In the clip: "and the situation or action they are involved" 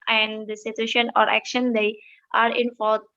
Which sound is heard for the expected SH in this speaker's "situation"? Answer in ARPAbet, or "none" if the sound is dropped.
SH